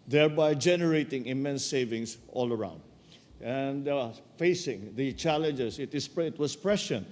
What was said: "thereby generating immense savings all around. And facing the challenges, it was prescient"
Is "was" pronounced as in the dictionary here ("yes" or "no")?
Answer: no